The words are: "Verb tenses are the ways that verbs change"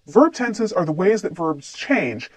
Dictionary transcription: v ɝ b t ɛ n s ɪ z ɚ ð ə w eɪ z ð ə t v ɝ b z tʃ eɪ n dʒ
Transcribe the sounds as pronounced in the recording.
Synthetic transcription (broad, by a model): v ɝ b t ɛ n s ɪ z ɚ ð ə w eɪ z ð ə t v ɝ b z tʃ eɪ n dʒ